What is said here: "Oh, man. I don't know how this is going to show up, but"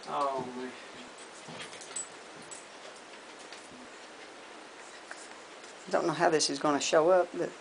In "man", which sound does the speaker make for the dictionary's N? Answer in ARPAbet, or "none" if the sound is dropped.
none